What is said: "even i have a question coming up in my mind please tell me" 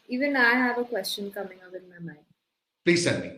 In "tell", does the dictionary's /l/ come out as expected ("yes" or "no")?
no